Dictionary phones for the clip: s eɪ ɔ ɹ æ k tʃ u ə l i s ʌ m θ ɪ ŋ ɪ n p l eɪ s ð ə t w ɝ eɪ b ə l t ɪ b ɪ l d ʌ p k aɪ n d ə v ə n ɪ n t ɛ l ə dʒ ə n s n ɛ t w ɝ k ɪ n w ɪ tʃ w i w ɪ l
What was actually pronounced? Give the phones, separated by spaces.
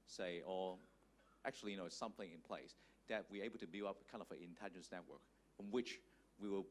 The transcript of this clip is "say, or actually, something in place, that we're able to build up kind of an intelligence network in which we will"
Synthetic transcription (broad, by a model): s eɪ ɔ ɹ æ k tʃ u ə n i s ʌ m θ ɪ ŋ ɪ n p l eɪ s ð ə t w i eɪ b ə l t ɪ b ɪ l ʌ p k aɪ n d ə v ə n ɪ n t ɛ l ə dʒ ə n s n ɛ t w ɝ k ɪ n w ɪ tʃ w i w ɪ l